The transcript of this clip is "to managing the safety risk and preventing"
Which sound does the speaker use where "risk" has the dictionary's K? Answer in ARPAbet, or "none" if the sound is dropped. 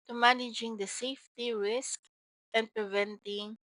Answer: K